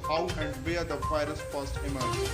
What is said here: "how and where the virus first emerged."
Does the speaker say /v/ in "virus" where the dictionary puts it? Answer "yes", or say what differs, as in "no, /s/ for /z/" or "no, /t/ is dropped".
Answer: no, /f/ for /v/